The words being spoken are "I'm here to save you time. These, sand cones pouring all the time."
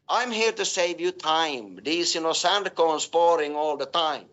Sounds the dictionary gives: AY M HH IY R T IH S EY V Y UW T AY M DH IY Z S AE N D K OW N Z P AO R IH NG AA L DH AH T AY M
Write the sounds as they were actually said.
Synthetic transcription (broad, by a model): AY M HH IY R T IH S EY V Y UW T AY M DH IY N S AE N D K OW N S P AO R IH NG AA L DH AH T AY M